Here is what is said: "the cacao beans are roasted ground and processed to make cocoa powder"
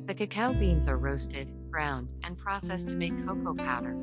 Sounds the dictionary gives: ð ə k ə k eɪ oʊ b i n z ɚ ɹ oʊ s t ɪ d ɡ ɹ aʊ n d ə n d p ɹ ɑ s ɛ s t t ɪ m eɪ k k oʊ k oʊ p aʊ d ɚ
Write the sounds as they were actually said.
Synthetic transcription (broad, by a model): ð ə k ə k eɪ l b i n z ɚ ɹ oʊ s t ɪ d ɡ ɹ aʊ n d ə n p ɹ ɑ s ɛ s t t ɪ m eɪ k k oʊ k oʊ p aʊ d ɚ